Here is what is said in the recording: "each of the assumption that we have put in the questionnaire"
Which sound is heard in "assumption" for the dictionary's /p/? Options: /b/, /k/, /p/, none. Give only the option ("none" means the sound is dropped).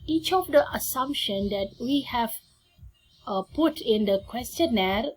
/p/